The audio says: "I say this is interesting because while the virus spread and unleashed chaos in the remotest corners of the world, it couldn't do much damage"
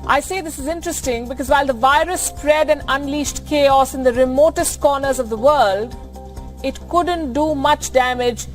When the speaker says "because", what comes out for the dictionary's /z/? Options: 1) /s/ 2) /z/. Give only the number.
2